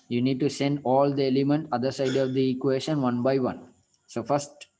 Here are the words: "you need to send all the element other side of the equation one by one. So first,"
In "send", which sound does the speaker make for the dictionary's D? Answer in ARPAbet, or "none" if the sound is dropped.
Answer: D